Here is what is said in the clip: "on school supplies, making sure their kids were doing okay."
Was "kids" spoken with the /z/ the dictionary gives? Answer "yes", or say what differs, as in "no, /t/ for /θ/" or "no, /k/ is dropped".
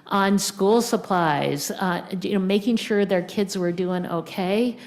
yes